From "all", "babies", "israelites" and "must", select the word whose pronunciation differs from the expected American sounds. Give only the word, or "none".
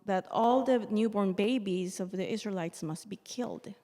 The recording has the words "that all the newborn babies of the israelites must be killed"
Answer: none